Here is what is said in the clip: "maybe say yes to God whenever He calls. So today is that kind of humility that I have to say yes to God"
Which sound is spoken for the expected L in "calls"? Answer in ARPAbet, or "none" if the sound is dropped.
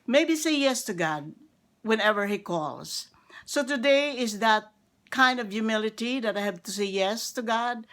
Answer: L